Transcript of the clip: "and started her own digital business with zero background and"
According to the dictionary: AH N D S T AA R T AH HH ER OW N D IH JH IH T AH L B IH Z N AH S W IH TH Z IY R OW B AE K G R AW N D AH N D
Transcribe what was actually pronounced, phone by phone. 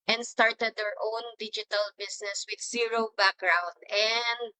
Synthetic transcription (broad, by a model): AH N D S T AA R T AH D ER OW N D IH JH IH T AH L B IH S N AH S W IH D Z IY R OW B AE K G R AW N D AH N D